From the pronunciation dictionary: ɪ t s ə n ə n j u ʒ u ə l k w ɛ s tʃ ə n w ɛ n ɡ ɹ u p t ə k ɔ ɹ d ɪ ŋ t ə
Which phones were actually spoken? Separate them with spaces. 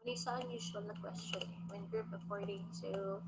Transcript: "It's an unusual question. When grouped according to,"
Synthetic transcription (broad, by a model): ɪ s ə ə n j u s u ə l k w ɛ s tʃ ə n w ɛ n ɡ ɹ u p ə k ɔ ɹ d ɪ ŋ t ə